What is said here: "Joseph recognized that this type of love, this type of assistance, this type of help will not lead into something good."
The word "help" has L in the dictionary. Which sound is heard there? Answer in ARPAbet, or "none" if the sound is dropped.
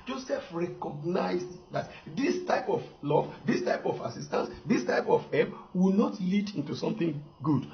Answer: none